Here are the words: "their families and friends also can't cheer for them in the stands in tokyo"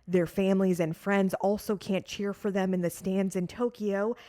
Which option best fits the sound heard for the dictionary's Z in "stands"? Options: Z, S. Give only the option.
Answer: Z